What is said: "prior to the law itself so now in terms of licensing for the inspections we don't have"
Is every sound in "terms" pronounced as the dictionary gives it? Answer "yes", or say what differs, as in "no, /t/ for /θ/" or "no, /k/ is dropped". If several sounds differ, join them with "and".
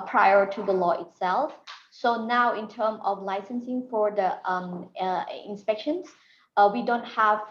no, /z/ is dropped